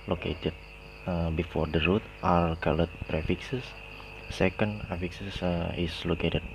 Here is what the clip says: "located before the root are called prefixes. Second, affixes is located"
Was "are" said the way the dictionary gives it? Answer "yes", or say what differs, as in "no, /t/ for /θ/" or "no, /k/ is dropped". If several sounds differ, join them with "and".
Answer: no, /l/ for /ɹ/